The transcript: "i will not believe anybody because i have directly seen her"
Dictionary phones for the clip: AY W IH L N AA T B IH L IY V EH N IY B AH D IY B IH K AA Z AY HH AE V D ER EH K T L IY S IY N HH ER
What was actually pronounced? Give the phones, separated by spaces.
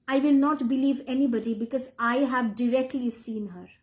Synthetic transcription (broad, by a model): AY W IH L N AA T B IH L IY V EH N IY B AH D IY B IH K AA Z AY HH AE V D ER EH K T L IY S IY N HH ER